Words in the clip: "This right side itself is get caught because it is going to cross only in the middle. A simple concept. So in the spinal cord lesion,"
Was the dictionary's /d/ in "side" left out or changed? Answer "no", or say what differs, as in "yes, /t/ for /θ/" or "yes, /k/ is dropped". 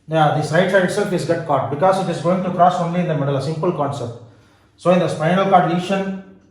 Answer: yes, /d/ is dropped